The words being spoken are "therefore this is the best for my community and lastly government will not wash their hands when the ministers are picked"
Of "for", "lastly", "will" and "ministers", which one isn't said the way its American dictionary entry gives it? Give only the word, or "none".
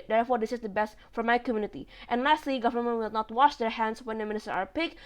ministers